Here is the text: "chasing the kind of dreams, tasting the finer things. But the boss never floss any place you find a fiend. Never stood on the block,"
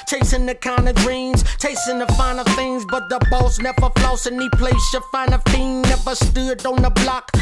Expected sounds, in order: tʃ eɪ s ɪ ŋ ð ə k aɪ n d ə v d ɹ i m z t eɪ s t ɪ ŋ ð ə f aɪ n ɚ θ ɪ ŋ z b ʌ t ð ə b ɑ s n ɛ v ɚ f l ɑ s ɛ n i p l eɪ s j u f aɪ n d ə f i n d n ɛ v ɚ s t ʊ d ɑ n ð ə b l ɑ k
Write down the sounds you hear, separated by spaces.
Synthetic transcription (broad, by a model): tʃ eɪ s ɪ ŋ ð ə k aɪ n d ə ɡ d ɹ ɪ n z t eɪ s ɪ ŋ ð ə f aɪ n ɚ θ ɪ ŋ z b ʌ t ð ə b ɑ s n ɛ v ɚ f l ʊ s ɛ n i p l eɪ s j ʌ f aɪ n ə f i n n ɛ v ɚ s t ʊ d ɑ n ð ə b l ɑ k